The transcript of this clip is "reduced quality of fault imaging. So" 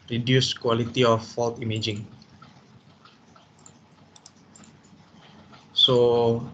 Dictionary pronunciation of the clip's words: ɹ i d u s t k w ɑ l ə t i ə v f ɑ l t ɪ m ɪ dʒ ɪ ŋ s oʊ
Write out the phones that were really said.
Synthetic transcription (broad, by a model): ɹ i d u s k w ɑ l ə t i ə f ɑ l t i m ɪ dʒ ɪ ŋ s oʊ